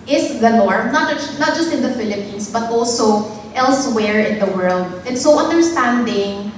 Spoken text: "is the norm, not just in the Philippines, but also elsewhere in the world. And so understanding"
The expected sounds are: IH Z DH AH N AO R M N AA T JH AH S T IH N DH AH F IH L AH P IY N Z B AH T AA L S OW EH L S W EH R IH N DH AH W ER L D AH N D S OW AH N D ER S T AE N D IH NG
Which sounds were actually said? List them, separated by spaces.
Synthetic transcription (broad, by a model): IH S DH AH N AO R M N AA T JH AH S T IH N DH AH F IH L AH P IY N S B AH T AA L S OW EH L S W EH R IH N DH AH W ER L D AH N S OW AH N D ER S T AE N D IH NG